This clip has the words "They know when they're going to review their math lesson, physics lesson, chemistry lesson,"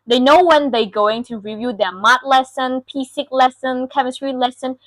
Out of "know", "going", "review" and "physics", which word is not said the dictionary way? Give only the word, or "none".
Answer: physics